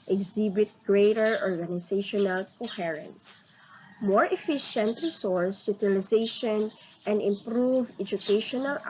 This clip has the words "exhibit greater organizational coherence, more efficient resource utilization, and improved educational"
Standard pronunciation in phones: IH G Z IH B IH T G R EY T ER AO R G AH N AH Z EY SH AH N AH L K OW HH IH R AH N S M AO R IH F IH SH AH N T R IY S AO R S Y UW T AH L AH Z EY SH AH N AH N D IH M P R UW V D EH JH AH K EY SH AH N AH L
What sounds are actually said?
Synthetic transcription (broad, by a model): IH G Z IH B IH T G R EY T ER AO R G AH N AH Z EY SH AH N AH L K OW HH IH R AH N S M AO R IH F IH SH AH N T R IY S AO R S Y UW T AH L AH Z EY SH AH N AH N D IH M P R UW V EH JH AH K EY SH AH N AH L